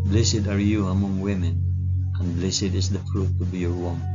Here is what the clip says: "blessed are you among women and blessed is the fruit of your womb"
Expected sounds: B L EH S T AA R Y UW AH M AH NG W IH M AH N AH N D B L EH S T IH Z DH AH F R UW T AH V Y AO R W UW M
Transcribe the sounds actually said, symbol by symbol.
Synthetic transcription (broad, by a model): B L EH S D AA R Y UW AH M AH NG W IH M AH N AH N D B L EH S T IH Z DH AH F R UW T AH B Y AO R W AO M